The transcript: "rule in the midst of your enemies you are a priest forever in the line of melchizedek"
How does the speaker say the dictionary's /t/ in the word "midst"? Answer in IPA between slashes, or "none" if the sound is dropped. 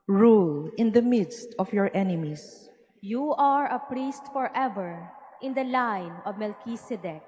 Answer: /t/